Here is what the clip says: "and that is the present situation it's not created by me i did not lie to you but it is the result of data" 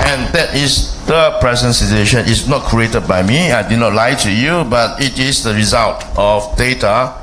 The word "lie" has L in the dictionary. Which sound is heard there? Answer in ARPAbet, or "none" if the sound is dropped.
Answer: L